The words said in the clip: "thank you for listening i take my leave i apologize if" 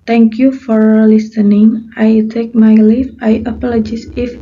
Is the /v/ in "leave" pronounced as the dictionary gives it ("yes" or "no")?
no